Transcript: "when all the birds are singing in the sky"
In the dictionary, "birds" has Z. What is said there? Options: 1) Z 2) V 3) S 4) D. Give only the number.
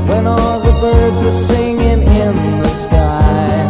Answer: 1